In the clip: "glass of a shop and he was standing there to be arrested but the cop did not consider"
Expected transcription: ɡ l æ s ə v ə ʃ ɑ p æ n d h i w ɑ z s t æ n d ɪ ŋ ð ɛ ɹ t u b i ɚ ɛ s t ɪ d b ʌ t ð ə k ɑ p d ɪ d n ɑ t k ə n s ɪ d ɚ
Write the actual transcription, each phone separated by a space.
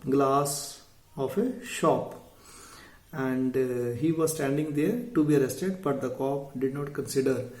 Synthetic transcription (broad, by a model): ɡ l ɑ s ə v ə ʃ ɑ p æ n d h i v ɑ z s t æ n d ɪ ŋ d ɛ ɹ t u b i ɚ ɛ s t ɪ d b ʌ t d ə k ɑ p d ɪ d n ɑ t k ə n s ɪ d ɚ